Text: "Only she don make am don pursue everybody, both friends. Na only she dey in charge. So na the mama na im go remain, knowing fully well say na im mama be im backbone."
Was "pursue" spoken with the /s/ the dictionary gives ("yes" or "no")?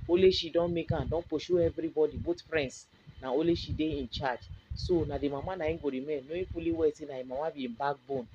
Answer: no